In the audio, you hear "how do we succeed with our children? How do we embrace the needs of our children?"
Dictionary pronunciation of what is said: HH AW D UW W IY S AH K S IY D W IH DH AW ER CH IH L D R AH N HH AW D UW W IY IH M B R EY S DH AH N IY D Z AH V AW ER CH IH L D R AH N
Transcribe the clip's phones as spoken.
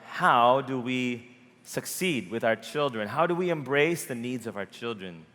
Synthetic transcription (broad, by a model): HH AW D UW W IY S AH K S IY D W IH DH AW ER CH IH L D R AH N HH AW D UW W IY IH M B R EY S DH AH N IY D Z AH V AW ER CH IH L D R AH N